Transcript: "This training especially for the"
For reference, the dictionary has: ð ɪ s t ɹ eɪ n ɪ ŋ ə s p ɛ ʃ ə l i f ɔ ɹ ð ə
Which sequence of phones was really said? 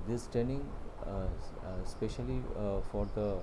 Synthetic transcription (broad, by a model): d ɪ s t eɪ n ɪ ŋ s p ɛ ʃ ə l i f ɔ ɹ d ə